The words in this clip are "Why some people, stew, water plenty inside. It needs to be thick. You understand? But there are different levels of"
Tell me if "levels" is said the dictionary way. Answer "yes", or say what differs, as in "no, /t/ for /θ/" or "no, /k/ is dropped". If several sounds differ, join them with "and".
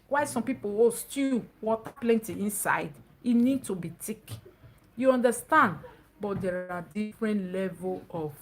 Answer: no, /z/ is dropped